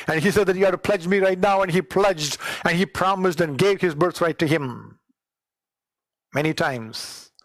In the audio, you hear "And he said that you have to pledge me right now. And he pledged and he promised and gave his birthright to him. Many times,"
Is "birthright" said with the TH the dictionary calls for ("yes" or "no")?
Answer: no